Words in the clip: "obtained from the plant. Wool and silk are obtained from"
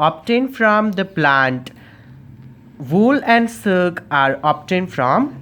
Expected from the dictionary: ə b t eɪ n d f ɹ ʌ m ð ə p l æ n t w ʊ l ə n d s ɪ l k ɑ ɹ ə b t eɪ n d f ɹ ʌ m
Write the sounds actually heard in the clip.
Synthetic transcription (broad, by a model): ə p t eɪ n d f ɹ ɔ m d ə p l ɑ n t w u l ə n d s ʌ k ɑ ɹ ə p t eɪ n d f ɹ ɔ m